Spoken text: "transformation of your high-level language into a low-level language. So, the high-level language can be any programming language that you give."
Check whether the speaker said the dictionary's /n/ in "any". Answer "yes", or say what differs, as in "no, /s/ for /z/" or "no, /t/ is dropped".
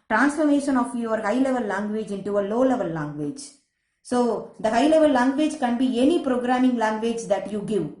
yes